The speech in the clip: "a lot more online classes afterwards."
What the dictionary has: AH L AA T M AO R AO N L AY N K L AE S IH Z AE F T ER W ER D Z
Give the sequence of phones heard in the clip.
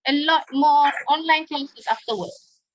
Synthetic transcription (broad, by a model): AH L AA T M AO AO N L AY N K EH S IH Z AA F T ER W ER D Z